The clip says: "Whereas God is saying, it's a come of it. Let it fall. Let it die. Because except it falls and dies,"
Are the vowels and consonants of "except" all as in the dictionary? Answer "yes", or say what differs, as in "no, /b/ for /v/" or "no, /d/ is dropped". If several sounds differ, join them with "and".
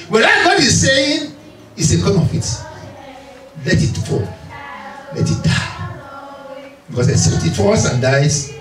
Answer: no, /k/ is dropped and /p/ is dropped